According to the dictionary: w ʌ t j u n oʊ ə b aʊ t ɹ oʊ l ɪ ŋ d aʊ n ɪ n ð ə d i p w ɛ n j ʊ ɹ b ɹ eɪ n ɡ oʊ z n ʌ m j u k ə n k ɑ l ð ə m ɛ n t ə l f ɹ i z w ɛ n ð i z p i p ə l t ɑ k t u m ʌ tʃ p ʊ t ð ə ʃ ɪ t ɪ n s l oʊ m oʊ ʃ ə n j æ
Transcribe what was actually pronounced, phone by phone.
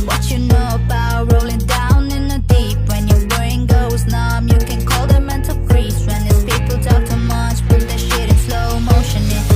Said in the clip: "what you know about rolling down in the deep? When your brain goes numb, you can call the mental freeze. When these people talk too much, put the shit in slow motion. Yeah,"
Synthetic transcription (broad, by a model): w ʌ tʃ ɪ n oʊ ə b aʊ t ɹ oʊ l ɪ ŋ d aʊ n ɪ n ð ə d i p w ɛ n j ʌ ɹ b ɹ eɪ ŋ ɡ oʊ z n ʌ m j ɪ k ə n k ɑ l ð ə m ɛ n t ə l p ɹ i s w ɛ n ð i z p i p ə l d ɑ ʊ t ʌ m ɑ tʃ b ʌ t ð ə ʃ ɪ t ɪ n s l oʊ m oʊ ʃ ə n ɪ